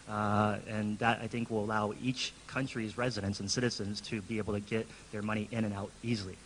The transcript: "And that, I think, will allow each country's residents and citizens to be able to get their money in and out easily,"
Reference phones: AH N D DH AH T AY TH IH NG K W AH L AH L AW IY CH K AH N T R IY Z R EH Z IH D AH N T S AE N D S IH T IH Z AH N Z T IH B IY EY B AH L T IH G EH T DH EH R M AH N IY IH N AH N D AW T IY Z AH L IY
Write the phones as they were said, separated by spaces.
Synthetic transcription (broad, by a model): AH N DH AH T AY TH IH NG K W AH L AH L AW IY CH K AH N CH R IY Z R EH Z IH D AH N T S N S IH T IH Z AH N Z T IH B IY EY B L T IH G EH T DH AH R M AH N IY IH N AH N AW T IY Z L IY